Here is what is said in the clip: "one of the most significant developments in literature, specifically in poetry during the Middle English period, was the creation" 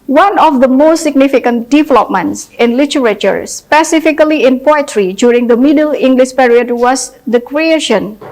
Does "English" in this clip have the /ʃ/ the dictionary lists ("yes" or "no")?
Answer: yes